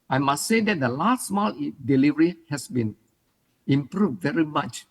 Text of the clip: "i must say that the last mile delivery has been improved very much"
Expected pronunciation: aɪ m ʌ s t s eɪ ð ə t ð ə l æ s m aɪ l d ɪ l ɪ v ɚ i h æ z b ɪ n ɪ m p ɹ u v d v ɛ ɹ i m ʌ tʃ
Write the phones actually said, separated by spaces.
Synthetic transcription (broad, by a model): aɪ m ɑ s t s eɪ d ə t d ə l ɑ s m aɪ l d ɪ l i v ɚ i h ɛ s b ɪ n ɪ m p ɹ u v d v ɛ ɹ i m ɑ tʃ